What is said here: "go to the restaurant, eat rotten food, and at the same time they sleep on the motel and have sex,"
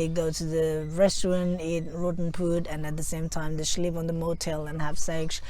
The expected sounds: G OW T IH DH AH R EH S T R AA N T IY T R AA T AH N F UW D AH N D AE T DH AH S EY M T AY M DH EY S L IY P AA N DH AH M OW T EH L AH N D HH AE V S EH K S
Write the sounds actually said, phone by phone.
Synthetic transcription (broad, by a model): G OW T IH DH AH R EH S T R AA N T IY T R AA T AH N P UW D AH N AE T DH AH S EY M T AY M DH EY S L IY P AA N DH AH M OW T EH L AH N HH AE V S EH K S